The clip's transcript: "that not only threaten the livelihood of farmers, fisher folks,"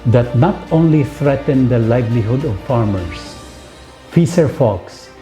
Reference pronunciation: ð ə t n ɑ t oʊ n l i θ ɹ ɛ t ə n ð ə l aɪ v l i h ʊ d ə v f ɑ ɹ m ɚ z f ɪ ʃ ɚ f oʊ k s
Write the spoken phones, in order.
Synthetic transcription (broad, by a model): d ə t n ɑ t oʊ n l i θ ɹ ɛ t ə n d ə l aɪ v l i h ʊ d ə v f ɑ ɹ m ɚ s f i s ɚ f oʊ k s